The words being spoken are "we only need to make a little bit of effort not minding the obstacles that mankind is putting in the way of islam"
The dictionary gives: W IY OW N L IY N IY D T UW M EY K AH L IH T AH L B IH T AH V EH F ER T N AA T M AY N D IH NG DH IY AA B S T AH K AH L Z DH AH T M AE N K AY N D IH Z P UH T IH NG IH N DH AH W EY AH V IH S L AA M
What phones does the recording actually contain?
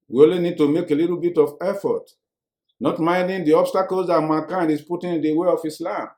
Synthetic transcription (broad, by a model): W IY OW L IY N IY D T UW M EY K AH L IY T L B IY T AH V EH F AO T N AA T M AY N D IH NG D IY AA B S T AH K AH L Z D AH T M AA K AY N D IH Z P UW T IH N IH N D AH W EY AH F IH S L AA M